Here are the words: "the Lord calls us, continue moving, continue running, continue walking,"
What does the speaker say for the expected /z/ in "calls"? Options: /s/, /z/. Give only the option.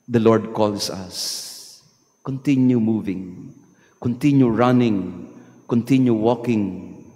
/s/